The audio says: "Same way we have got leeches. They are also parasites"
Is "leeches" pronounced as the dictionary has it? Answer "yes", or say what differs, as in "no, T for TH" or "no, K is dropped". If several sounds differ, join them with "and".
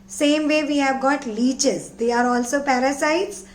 yes